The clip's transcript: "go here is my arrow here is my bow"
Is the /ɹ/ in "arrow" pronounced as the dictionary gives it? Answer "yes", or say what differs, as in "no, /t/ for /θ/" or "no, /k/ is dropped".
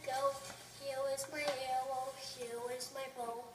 no, /w/ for /ɹ/